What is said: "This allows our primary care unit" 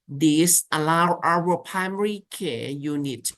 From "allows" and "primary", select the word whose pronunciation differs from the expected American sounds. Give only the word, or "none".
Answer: allows